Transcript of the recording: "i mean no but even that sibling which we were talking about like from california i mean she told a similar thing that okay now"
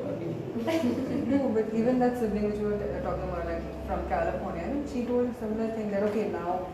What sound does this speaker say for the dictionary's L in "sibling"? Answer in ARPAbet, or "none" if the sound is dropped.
none